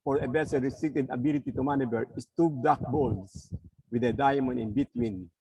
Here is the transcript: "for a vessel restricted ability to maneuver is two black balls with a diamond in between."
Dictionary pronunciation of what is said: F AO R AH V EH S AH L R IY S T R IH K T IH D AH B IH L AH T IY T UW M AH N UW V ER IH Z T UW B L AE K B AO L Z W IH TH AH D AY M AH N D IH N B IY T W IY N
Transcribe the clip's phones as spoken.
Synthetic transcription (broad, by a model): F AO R AH B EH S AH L R IY S T R IH K T IH D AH B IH L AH T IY T UW M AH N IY B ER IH S T UW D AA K B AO L S W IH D AH D AY M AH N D IH N B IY T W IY N